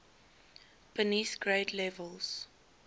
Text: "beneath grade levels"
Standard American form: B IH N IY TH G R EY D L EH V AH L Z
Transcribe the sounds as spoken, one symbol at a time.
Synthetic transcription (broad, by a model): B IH N IY S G R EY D L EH V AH L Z